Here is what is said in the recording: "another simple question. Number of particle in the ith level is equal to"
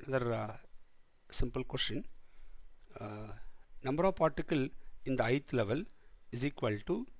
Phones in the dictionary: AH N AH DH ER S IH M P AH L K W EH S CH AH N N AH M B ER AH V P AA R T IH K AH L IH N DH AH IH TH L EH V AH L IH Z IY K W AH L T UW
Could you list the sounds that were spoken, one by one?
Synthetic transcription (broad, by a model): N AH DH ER S IH M P AH L K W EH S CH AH N N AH M B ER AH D P AA R T IH K AH L IH N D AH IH T L EH V AH L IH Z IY K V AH L T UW